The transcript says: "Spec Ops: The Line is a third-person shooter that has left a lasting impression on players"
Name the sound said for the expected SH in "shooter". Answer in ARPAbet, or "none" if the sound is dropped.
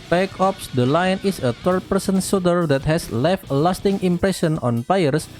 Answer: S